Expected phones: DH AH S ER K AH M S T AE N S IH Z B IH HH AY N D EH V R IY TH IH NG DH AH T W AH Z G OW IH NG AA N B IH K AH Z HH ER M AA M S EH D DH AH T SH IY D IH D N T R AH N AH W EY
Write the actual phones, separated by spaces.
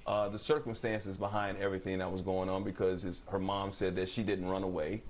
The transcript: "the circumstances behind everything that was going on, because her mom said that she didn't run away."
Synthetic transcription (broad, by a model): DH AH S ER K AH M S T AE N S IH Z B IH HH AY N D EH V R IY TH IH NG DH AH T W AH Z G OW IH NG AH N B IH K AH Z HH ER M AA M S EH D DH AH T SH IY D IH D N T R AH N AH W EY